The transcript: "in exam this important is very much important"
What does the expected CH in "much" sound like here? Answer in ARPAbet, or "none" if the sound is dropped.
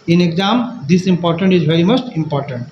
S